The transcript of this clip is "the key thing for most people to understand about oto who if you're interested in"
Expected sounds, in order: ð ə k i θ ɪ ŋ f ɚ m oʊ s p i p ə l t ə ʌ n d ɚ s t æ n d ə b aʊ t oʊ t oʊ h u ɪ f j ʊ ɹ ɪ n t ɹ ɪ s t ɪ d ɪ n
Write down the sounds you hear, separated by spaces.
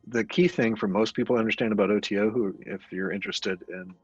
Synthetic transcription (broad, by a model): ð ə k i θ ɪ ŋ f ɚ m oʊ s p i p l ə ʌ n d ɚ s t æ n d ə b aʊ t oʊ t oʊ h u ɪ f j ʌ ɹ ɪ n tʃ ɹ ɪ s t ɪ d ɪ n